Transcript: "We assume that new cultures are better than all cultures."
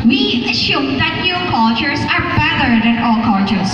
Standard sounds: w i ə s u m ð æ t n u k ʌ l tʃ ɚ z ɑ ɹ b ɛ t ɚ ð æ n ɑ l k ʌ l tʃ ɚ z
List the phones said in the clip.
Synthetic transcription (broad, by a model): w i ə ʃ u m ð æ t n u k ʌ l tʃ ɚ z ɑ ɹ b ɛ t ɚ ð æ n ɑ l k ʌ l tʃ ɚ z